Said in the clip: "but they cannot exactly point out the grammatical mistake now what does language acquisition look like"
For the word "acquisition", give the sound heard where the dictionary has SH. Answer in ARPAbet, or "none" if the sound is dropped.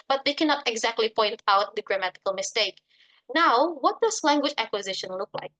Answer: SH